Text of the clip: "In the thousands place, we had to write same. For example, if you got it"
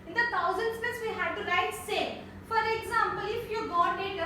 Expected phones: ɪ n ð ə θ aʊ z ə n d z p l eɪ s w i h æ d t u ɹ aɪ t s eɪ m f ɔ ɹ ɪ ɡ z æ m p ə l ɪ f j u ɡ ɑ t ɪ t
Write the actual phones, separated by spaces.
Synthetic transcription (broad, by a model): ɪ n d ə t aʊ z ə n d s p eɪ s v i h æ d t u ɹ aɪ t s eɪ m f ɔ ɹ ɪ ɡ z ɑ m p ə l ɪ f j u ɡ ɑ t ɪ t